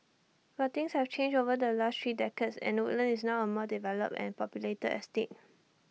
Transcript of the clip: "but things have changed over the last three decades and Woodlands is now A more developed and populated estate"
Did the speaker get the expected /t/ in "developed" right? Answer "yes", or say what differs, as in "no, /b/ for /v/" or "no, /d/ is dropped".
no, /t/ is dropped